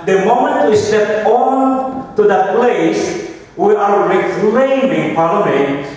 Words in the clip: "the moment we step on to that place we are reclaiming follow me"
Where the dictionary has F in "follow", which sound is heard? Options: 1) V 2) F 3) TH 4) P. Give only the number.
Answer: 4